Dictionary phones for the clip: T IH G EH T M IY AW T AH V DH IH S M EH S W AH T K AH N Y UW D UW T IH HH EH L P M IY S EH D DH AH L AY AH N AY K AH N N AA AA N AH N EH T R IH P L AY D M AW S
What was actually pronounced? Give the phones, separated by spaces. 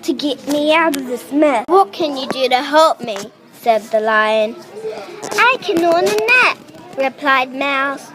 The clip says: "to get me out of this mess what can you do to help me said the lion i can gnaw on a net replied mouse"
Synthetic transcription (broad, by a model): T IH G EH T M IY AW T AH V DH IH S M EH W AH T K AH N Y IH D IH T IH HH EH L P M IY S EH D DH AH L AY AH N AY K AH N N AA AA N AH N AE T R IH P L AY D M AW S